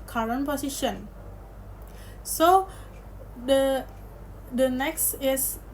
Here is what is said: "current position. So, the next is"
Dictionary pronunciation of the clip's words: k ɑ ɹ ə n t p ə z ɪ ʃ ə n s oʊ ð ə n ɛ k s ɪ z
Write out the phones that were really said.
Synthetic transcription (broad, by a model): k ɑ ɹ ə n p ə s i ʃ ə n s oʊ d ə n ɛ k s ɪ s